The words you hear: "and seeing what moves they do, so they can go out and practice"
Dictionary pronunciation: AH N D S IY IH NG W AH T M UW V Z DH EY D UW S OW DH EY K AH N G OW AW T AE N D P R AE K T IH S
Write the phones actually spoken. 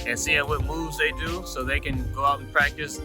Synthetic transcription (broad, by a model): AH N S IY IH W AH T M UW V Z DH EY D UW S OW DH EY K AH N G OW AW T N P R AE K T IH S